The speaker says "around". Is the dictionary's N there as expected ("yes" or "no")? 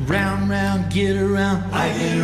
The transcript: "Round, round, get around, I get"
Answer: yes